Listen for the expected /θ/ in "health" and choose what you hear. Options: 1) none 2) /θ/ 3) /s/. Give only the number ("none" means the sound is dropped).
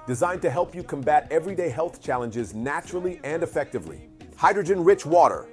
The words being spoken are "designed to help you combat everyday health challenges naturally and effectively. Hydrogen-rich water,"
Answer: 2